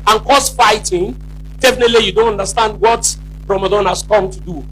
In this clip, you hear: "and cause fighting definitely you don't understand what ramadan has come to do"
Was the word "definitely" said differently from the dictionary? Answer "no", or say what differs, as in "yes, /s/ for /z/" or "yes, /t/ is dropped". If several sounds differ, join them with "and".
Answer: no